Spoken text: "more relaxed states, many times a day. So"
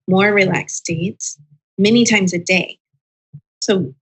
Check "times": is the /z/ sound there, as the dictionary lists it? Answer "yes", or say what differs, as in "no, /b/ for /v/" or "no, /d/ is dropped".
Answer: yes